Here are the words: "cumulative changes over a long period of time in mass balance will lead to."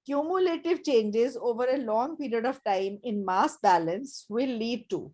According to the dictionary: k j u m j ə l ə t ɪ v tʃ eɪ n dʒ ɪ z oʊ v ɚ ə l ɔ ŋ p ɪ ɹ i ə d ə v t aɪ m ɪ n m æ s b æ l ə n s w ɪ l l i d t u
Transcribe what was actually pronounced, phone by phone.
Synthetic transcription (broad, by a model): k j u m j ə l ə t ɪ v tʃ eɪ n dʒ ɪ z oʊ v ɚ ə l ɔ ŋ p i ɹ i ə d ə v t aɪ m ɪ n m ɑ s b æ l ə n s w ɪ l l i d t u